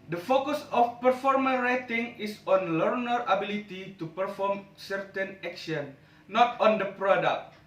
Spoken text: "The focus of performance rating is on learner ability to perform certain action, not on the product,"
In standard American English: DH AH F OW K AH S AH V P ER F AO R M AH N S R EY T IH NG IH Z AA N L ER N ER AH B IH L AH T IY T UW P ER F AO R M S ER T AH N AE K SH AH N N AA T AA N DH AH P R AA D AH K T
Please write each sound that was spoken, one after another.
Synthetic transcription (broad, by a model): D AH F OW K AH S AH F P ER F AO R M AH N R EY T IH NG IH S AA N L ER N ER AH B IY L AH T IY T UW P ER F AO R M S ER T AH N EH K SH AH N N AA T AA N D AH P R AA D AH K T